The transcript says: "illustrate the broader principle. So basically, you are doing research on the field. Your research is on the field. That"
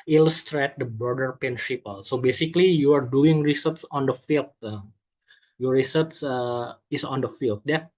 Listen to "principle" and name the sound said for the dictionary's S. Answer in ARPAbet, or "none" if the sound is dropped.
SH